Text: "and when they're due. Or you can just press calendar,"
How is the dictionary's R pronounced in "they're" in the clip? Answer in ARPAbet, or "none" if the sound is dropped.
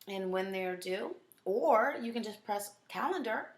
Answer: R